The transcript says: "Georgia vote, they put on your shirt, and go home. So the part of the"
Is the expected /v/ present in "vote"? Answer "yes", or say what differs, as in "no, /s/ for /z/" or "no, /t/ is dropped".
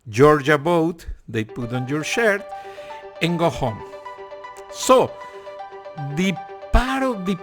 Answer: no, /b/ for /v/